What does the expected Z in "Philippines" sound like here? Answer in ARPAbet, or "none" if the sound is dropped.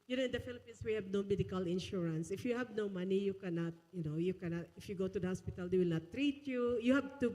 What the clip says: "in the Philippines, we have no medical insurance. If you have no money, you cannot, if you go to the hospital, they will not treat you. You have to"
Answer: S